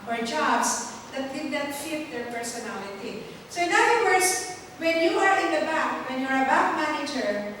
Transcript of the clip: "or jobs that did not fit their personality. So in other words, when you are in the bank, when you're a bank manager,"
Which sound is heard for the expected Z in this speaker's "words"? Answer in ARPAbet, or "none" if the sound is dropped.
S